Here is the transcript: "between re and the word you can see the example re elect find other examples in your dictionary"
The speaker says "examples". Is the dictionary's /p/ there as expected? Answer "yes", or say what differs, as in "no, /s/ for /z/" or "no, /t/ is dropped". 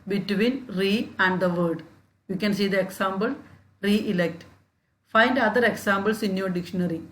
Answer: no, /b/ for /p/